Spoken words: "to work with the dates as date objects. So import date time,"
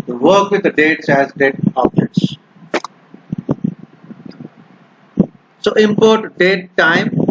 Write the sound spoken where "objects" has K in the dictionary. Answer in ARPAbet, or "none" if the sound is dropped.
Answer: none